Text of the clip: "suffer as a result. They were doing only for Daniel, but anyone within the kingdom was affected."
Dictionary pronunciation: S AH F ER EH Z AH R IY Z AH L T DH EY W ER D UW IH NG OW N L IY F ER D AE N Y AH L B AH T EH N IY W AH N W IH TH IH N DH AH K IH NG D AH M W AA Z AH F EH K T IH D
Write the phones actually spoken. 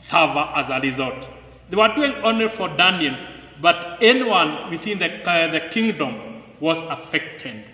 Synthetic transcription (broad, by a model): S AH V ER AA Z AH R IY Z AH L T DH EY W ER D UW IH NG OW N IY F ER D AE N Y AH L B AH T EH N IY W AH N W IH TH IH N DH AH K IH NG D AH M W AA Z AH F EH K T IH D